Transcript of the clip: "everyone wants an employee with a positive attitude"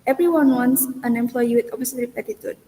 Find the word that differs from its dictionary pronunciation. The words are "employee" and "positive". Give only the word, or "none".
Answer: positive